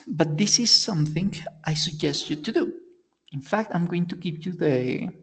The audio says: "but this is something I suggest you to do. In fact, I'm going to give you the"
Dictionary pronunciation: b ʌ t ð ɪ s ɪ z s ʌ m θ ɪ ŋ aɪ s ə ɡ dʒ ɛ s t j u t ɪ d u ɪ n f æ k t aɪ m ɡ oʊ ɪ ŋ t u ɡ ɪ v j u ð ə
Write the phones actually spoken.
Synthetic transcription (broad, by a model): b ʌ t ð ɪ s ɪ z s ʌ m θ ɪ ŋ aɪ s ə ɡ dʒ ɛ s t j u t ɪ d u ɪ n f æ k t aɪ m ɡ oʊ ɪ ŋ t u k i p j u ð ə